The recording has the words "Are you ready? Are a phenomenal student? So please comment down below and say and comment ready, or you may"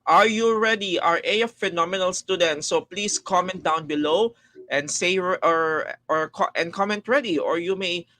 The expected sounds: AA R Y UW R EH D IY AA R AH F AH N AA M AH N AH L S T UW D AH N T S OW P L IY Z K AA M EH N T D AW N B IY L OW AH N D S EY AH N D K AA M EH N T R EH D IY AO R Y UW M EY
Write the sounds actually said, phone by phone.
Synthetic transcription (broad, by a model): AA R Y UW R EH D IY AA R AH F AH N AA M AH N AH L S T UW D AH N T S OW P L IY S K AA M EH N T D AW N B IY L OW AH N S EY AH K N K AA M EH N T R EH D IY AO R Y UW M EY